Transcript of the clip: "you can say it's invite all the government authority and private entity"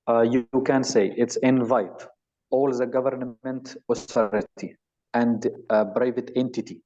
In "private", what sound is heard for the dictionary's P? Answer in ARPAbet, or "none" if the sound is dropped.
B